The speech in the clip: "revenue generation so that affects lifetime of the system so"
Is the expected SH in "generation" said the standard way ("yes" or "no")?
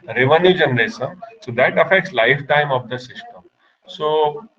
no